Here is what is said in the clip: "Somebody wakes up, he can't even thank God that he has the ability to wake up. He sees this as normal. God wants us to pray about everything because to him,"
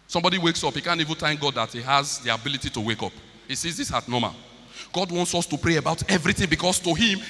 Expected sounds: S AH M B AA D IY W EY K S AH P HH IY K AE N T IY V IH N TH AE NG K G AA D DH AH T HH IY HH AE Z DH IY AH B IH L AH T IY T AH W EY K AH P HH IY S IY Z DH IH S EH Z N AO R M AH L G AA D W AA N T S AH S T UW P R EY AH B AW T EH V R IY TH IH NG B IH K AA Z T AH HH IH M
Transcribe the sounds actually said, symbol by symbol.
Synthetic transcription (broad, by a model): S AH M B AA D IY W EY K S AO P HH IY K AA N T IY V IH N T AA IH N G AA D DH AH T HH IY HH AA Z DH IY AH B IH L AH T IY T AH W EY K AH P HH IY S IY Z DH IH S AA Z N AO M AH L G AA D W AA N T S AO S T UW P R EY AH B AW T EH V R IY TH IH NG B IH K AA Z T AH HH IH M